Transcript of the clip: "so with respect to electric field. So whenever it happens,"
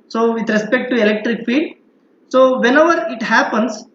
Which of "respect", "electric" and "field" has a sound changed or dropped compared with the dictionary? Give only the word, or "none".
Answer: field